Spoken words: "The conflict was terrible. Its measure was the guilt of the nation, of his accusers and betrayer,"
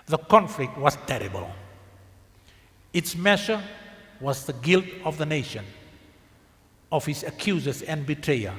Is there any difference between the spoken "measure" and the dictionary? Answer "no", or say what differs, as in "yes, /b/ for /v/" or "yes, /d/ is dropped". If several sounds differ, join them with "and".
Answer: yes, /ʃ/ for /ʒ/